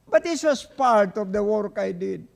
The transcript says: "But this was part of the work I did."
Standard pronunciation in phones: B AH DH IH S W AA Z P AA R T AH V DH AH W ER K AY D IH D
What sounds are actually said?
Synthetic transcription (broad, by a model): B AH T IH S W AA S P AA R T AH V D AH W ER K AY D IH D